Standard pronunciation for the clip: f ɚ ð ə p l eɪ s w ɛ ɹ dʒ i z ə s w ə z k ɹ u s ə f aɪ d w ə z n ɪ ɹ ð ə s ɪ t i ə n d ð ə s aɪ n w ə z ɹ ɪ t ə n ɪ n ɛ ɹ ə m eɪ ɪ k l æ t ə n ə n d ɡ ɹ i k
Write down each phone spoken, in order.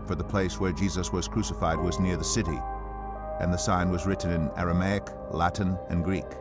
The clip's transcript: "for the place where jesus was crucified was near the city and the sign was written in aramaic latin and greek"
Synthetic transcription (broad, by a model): f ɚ ð ə p l eɪ s w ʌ ɹ dʒ i z ə s w ə z k ɹ u s ə f aɪ d w ə z n ɪ ɹ ð ə s ɪ t i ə n ð ə s aɪ n w ə z ɹ ɪ t n ɪ n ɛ ɹ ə m eɪ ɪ k l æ t n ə n ɡ ɹ i k